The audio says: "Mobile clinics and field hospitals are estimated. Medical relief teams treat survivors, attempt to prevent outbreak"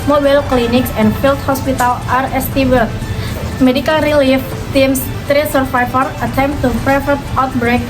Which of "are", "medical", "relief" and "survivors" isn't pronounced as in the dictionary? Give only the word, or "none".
survivors